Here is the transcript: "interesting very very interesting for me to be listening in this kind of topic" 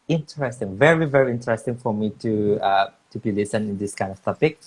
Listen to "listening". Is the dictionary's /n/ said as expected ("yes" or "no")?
no